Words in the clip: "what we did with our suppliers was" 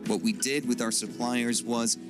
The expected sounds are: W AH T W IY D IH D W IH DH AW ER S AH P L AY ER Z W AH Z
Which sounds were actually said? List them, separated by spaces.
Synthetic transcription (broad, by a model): W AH T W IY D IH D W IH DH AW ER S AH P L AY ER Z W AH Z